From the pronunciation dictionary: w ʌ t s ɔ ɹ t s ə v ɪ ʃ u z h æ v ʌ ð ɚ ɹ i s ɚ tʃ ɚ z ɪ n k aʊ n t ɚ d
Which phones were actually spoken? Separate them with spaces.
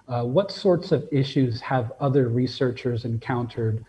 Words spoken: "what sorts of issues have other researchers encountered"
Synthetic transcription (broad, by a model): w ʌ t s ɔ ɹ t s ə v ɪ ʃ u z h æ v ʌ ð ɚ ɹ i s ɚ tʃ ɚ z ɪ n k aʊ n t ɚ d